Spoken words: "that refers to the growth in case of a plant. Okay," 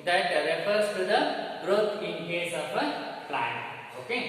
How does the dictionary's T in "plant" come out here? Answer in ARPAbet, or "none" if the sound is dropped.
none